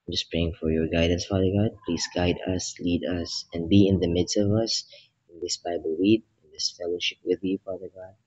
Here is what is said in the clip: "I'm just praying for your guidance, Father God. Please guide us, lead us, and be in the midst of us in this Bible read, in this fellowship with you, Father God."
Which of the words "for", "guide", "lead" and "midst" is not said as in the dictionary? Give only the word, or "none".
none